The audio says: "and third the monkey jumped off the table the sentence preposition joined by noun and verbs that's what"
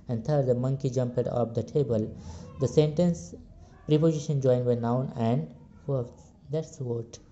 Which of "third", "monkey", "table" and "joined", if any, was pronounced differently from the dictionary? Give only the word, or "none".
third